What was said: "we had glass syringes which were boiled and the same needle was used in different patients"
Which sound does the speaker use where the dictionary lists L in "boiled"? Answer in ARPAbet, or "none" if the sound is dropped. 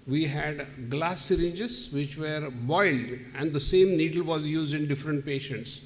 L